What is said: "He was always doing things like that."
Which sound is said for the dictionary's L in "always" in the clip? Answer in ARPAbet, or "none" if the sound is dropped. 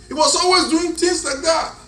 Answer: L